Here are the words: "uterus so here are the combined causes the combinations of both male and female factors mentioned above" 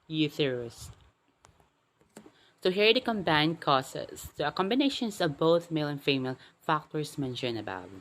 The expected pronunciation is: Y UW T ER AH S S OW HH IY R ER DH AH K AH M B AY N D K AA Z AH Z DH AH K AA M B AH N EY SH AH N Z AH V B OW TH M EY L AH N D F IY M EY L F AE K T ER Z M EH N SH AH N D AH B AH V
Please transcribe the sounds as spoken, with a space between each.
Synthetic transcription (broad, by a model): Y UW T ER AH S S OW HH IY R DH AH K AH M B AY N K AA S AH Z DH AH K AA M B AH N EY SH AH N S AH V B OW TH M EY L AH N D F IY M EY L F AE K T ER S M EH N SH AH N AH B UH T